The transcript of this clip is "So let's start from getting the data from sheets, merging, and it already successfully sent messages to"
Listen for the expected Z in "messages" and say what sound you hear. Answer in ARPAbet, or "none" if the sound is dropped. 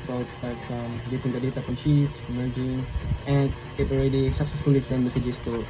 S